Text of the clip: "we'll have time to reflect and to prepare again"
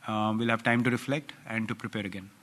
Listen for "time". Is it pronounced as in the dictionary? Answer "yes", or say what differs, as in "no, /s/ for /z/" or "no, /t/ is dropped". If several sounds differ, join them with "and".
yes